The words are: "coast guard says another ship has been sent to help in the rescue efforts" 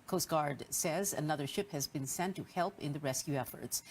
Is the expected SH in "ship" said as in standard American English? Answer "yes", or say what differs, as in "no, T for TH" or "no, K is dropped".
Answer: yes